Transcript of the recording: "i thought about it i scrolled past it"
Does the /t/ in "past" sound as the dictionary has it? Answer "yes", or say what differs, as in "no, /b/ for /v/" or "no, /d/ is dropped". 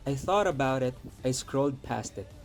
yes